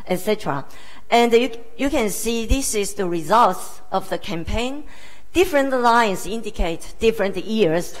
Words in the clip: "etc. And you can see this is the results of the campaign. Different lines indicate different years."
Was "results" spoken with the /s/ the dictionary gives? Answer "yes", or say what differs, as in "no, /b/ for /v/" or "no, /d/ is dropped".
yes